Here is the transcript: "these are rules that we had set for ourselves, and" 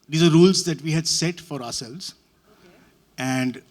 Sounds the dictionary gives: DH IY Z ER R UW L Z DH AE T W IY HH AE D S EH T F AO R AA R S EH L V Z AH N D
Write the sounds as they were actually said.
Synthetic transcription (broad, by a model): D IY Z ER R UW L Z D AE T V IY HH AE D S EH T F AO R AA R S EH L V Z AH N D